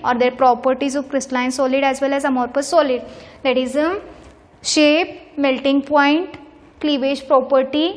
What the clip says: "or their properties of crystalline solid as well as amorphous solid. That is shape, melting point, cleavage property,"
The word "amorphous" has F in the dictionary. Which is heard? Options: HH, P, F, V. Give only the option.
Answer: P